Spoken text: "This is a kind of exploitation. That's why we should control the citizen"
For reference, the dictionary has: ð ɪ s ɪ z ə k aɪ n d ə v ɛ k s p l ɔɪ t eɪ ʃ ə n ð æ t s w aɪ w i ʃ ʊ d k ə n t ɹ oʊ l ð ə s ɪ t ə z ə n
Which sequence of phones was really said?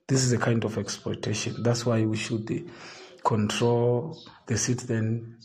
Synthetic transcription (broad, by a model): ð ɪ s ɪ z ə k aɪ n d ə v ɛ k s p ɔɪ t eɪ ʃ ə n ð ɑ t s w aɪ w i ʃ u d k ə n t ɹ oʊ l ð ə s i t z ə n